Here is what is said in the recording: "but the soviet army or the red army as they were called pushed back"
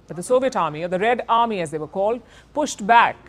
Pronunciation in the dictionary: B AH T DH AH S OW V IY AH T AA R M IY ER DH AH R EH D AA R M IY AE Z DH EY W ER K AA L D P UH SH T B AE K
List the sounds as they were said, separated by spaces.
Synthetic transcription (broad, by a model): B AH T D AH S OW V IY AH T AA R M IY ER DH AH R EH D AA R M IY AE Z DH EY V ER K AA L D P UH SH T B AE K